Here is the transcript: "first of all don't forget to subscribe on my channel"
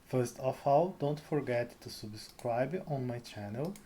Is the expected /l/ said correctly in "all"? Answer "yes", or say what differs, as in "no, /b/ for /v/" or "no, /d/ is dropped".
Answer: no, /w/ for /l/